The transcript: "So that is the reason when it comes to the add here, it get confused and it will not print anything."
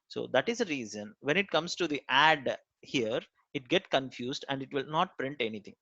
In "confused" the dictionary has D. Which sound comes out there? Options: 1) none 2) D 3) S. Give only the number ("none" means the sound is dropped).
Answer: 2